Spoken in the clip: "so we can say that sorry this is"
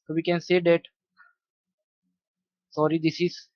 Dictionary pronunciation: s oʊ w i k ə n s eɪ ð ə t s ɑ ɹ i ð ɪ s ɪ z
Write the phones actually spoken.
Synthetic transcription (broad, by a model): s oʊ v i k ə n s eɪ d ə t s ɑ ɹ i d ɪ s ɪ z